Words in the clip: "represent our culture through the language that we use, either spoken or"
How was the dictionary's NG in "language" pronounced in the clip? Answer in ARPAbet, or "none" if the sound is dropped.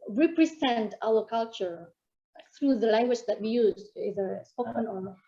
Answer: NG